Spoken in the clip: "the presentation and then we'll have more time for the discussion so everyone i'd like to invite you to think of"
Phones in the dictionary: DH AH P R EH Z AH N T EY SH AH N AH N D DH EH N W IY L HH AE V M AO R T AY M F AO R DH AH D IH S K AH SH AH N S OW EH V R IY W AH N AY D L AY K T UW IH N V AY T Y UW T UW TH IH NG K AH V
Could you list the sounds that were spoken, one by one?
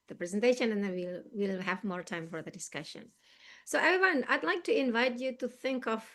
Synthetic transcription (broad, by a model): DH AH P R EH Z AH N T EY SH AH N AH N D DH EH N W IY L HH AE V M AO R T AY M F AO R DH AH D IH S K AH SH AH N S OW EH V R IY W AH N AY D L AY K T UW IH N V AY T Y UW T UW TH IH NG K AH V